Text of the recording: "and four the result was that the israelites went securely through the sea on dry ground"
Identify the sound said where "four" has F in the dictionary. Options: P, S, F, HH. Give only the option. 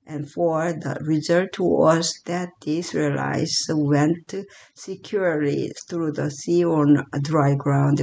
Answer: F